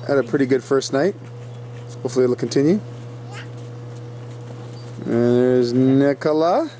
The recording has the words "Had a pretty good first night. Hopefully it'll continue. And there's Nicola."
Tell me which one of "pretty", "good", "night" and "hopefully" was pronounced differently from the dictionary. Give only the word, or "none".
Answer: hopefully